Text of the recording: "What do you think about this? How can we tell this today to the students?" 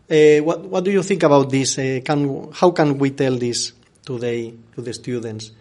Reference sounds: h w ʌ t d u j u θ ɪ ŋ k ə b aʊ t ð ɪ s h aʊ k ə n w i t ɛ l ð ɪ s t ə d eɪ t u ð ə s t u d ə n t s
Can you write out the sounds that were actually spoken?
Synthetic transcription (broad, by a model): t w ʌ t d u j u θ ɪ ŋ k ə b aʊ t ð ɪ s h aʊ k ə n w i t ɛ l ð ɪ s t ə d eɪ t u ð ə s t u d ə n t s